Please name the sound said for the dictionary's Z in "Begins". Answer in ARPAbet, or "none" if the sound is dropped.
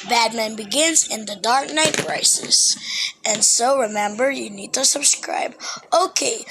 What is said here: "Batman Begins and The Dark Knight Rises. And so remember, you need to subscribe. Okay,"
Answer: Z